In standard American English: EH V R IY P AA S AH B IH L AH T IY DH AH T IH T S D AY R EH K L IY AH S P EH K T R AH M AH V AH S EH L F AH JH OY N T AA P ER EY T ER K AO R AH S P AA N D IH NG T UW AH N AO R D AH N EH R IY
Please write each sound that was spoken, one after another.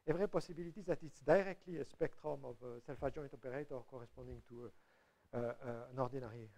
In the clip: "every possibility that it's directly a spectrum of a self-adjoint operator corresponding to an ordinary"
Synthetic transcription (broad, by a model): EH V R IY P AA S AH B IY L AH T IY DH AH T IH T S D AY R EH K L IY AH S P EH K T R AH M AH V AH S EH L F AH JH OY T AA P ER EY T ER K AO R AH S P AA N D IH NG T UW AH N AO R D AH N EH R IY